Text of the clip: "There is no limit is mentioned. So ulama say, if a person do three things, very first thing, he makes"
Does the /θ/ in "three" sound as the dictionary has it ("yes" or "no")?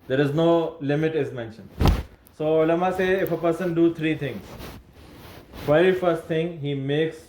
no